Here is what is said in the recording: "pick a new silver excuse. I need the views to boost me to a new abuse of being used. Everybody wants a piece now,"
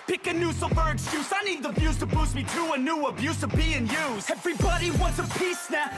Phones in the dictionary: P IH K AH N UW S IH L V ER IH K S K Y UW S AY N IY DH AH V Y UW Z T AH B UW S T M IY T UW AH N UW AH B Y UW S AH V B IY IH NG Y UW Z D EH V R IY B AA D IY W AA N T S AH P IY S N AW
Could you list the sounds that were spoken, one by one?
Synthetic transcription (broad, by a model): P IH K AH N UW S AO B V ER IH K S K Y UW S AY N IY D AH B Y UW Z T AH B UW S M IY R UW AH N UW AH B Y UW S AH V B IY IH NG Y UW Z EH V R IY B AA D IY W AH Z AH P IY S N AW